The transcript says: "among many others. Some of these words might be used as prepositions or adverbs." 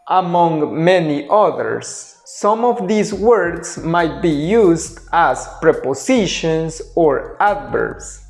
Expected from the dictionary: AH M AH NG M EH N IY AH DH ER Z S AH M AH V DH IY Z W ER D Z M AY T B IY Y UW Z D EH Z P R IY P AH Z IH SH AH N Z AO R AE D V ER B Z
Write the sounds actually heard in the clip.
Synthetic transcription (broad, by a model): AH M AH NG M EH N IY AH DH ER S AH M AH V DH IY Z W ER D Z M AY T B IY Y UW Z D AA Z P R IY P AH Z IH SH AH N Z AO R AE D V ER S